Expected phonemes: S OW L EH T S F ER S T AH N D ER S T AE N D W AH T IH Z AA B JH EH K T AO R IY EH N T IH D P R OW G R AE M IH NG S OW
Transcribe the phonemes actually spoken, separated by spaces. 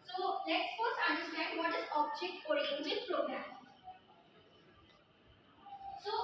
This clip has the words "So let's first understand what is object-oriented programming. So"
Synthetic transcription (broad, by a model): S OW L EH T S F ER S AH N D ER S T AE N D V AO T IH Z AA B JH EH K T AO R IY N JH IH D P R OW G R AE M S OW